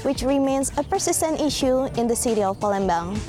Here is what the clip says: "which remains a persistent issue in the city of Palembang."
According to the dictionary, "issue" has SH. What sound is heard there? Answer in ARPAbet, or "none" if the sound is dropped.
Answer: SH